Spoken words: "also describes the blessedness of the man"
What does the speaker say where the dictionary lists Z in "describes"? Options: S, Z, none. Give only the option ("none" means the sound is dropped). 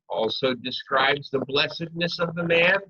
Z